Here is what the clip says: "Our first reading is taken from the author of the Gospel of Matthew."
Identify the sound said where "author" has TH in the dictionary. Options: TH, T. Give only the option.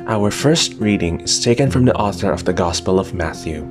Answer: TH